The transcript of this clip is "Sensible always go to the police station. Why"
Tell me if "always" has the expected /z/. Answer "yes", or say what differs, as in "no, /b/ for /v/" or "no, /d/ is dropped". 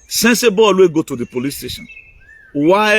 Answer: no, /z/ is dropped